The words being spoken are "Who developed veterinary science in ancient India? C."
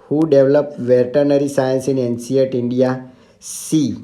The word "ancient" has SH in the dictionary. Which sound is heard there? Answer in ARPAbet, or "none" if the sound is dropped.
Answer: S